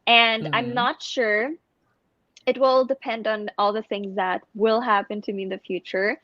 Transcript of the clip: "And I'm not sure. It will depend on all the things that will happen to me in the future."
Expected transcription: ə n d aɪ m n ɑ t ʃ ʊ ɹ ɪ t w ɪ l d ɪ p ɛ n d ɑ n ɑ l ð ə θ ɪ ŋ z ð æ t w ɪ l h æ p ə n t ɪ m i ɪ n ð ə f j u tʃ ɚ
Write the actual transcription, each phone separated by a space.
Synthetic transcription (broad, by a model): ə n d aɪ m n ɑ t ʃ ʊ ɹ ɪ t w ɪ l d ɪ p ɛ n d n ɑ l ð ə θ ɪ ŋ z ð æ t w ɪ l h æ p ə n t ɪ m i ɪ n ð ə f j u tʃ ɚ